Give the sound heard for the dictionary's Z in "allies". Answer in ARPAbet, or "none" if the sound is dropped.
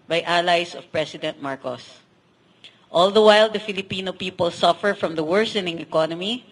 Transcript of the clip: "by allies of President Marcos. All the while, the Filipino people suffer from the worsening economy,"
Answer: S